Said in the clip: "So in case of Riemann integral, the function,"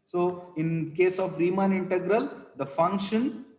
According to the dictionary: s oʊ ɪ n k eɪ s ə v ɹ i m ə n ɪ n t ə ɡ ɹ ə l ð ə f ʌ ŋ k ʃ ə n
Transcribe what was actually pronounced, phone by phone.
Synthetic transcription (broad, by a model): s oʊ ɪ n k eɪ s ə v ɹ i m ə n ɪ n t ə ɡ ɹ ə l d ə f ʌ ŋ k ʃ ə n